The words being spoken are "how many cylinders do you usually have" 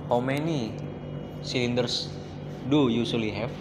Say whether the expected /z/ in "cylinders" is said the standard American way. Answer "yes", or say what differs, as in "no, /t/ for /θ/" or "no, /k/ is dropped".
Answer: no, /s/ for /z/